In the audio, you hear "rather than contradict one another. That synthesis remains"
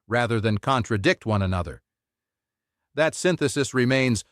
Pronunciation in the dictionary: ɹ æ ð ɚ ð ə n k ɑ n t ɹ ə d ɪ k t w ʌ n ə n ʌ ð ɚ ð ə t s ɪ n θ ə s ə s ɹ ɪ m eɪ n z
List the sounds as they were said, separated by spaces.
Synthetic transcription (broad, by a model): ɹ æ ð ɚ ð ə n k ɑ n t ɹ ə d ɪ k t w ʌ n ə n ʌ ð ɚ ð ə t s ɪ n θ ə s ə s ɹ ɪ m eɪ n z